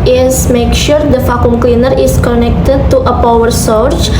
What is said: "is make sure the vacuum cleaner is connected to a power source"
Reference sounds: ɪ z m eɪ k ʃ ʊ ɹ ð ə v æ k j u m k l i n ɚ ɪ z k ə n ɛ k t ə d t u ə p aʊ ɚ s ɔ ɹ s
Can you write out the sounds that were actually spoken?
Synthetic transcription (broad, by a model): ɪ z m eɪ k ʃ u ɹ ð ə f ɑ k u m k l i n ɚ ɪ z k ə n ɛ k t ə d t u ə p aʊ ɚ s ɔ ɹ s